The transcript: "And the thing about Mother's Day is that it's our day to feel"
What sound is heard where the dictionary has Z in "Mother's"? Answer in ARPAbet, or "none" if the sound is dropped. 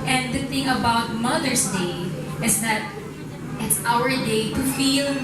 S